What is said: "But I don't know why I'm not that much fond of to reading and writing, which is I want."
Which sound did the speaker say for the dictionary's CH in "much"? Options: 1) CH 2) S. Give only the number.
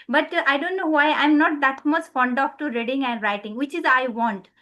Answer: 2